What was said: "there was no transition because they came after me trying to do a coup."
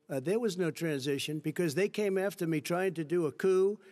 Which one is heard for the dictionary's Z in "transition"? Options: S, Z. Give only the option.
Z